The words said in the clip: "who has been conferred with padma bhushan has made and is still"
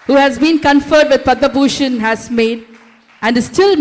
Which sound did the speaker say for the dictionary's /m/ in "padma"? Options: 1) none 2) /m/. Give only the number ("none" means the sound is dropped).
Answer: 1